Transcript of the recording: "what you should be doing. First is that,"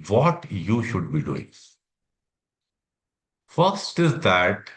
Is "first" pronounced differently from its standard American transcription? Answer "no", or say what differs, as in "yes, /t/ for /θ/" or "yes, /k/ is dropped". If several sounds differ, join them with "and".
no